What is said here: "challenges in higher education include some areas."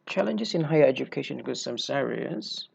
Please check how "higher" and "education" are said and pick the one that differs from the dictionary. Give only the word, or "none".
education